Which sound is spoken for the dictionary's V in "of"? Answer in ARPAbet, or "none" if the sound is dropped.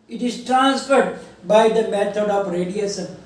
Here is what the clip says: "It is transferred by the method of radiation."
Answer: P